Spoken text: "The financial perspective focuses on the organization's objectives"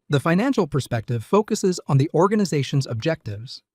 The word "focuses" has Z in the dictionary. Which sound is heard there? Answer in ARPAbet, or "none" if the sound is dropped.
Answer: Z